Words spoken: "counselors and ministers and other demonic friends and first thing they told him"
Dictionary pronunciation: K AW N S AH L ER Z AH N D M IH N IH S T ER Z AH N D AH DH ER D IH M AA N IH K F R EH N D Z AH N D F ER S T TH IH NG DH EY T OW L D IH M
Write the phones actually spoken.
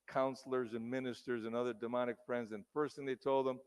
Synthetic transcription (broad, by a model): K AW N S L ER Z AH N M IH N IH S T ER Z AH N AH DH ER D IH M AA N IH K F R EH N D Z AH N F ER S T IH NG DH EY T OW L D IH M